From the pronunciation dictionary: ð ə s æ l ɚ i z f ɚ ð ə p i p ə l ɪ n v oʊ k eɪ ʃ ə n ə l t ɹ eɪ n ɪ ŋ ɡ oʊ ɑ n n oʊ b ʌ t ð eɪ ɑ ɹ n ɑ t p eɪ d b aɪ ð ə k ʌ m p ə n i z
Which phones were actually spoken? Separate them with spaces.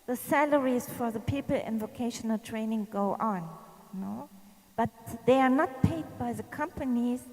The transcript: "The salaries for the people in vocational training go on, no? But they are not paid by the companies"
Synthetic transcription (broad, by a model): ð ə s æ l ɚ i z f ɚ ð ə p i p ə l ɪ n v oʊ k eɪ ʃ ə n ə l t ɹ eɪ n ɪ ŋ ɡ oʊ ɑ n n oʊ b ʌ t ð eɪ ɑ ɹ n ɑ t p eɪ d b aɪ ð ə k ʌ m p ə n i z